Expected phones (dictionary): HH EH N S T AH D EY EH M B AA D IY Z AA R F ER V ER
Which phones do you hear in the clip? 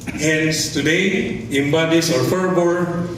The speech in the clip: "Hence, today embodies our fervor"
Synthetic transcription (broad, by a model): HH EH N S T AH D EY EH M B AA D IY S AA R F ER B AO